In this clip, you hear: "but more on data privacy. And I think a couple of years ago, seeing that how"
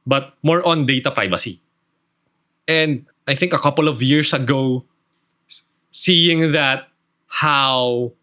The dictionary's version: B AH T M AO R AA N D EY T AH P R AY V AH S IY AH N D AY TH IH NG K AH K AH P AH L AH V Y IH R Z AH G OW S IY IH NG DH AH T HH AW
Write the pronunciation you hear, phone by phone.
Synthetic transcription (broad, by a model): B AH T M AO R AA N D EY T AH P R AY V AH S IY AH N D AY TH IH NG K AH K AH P AH L AH V Y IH R S AH G OW S IY IH NG DH AH T HH AW